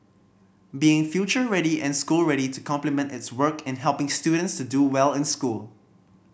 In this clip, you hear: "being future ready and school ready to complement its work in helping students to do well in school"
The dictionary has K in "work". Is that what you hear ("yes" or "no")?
yes